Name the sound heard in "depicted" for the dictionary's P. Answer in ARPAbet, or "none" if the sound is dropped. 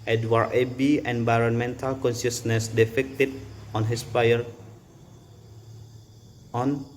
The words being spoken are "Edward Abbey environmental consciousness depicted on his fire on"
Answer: F